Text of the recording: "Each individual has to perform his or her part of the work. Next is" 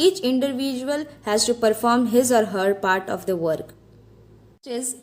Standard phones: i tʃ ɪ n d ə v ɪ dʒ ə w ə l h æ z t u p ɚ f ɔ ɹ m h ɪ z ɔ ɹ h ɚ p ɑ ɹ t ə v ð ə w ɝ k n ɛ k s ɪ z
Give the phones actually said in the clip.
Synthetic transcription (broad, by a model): i tʃ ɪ n d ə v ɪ dʒ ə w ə l h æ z t u p ɚ f ɔ ɹ m h ɪ z ɔ ɹ h ɚ p ɑ ɹ t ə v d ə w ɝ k k ɪ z